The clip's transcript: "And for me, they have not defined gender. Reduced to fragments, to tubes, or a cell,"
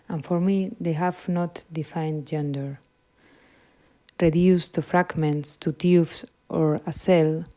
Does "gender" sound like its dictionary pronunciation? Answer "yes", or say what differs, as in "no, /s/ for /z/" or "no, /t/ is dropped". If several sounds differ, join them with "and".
yes